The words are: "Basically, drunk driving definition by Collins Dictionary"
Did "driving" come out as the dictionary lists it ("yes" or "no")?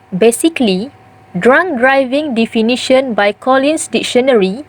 yes